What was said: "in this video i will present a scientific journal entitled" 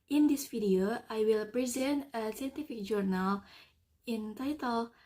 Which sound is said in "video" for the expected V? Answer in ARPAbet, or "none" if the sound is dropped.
F